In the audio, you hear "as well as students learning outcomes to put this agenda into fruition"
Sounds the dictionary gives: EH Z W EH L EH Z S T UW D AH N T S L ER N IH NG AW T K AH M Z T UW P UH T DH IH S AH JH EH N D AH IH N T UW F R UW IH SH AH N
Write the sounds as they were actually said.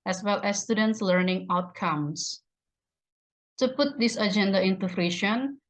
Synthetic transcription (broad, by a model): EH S W EH L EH S T UW D AH N T S L ER N IH NG AW T K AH M S T UW P UH T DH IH S AH JH EH N D AH IH N T UW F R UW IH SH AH N